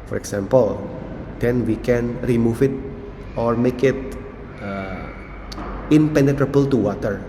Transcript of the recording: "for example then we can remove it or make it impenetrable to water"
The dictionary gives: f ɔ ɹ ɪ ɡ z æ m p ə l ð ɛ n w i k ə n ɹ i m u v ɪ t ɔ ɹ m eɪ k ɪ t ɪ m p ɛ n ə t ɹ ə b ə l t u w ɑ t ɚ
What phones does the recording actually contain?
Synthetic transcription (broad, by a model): f ɔ ɹ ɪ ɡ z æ m p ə l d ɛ n w i k ə n ɹ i m u f ɪ t ɔ ɹ m eɪ k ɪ t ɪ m p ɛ n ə t ɹ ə b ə l t u w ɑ t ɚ